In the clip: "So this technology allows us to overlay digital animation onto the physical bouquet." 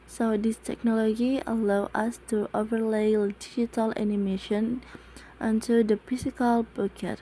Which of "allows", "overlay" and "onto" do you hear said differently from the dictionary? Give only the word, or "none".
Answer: allows